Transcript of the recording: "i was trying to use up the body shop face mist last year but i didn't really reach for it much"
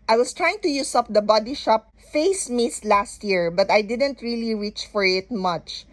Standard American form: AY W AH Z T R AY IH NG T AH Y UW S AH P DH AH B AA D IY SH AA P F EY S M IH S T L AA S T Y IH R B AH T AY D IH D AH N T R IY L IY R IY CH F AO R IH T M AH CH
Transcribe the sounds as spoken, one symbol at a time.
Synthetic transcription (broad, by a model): AY W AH S T R AY IH NG T AH Y UW S AH P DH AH B AA D IY SH AA P F EY S M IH S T L AA S T Y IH R B AH T AY D IH D AH N T R IY L IY R IY CH F AO R IH T M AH CH